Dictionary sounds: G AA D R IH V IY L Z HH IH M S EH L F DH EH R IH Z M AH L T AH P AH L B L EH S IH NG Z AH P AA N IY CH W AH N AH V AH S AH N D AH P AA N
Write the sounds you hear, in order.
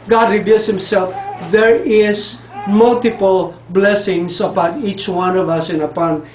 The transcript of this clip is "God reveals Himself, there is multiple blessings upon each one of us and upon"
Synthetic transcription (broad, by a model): G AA D R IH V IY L S HH IH M S EH L F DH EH R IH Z M AH L T AH P AH L B L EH S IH NG S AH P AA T IY CH W AH N AH V AH S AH N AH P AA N